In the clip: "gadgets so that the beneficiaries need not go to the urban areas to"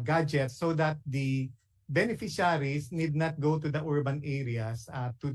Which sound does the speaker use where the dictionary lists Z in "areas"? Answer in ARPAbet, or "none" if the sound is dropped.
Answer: S